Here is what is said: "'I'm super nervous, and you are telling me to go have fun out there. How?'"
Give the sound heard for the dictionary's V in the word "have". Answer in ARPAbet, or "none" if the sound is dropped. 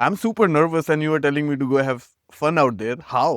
V